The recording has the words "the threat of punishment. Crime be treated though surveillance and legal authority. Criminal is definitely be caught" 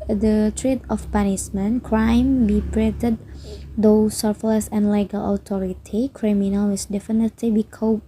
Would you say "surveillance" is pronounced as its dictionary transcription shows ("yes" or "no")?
no